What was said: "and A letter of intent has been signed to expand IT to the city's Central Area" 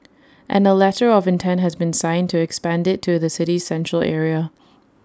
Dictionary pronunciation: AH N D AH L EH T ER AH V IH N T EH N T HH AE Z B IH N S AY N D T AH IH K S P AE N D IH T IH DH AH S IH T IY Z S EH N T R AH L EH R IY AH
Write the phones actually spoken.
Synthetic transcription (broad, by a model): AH N AH L EH T ER AH V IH N T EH N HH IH Z B IH N S AY N T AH IH K S P AE N D IH T IH DH AH S IH T IY Z S EH N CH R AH L EH R IY AH